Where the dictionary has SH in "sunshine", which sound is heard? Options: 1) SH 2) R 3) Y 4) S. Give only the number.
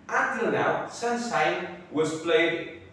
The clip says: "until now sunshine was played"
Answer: 4